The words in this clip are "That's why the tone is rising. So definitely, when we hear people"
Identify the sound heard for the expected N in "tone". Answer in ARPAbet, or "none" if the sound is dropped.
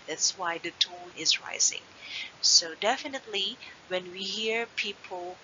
L